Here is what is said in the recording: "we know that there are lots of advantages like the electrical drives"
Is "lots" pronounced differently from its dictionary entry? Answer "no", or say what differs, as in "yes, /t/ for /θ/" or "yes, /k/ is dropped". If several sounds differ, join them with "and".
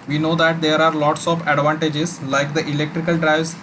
no